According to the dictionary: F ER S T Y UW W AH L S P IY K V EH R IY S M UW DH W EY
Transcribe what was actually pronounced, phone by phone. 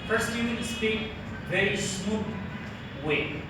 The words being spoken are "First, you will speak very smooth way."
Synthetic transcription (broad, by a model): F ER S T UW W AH N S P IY V EH R IY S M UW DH W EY